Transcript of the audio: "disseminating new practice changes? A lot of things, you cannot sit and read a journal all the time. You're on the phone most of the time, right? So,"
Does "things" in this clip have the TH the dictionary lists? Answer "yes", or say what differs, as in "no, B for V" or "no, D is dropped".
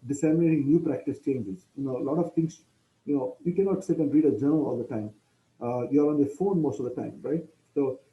no, T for TH